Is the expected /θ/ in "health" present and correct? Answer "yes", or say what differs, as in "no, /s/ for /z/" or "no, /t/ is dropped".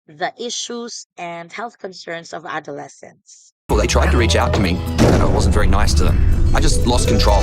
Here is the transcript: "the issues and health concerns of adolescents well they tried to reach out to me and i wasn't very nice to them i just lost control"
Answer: yes